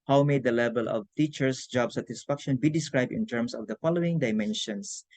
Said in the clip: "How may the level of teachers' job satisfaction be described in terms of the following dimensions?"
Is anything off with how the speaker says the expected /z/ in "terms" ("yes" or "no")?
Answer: yes